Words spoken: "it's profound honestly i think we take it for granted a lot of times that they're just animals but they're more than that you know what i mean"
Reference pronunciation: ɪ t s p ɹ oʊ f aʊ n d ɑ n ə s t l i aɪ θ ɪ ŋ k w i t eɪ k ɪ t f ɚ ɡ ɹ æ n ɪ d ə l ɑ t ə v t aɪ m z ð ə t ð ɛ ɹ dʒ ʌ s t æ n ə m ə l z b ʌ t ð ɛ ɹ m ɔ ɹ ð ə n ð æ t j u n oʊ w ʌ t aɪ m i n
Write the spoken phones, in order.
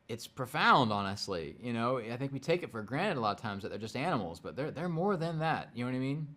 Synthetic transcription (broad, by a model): ɪ t s p ɹ oʊ f aʊ n d ɑ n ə s t l i aɪ θ ɪ ŋ k w i t eɪ k ɪ t f ɚ ɡ ɹ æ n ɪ d ə l ɑ t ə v t aɪ m z ð ə t ð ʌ ɹ dʒ ʌ s t æ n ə m l z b ʌ t ð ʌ ɹ m ɔ ɹ ð ə n ð æ t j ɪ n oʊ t aɪ m i n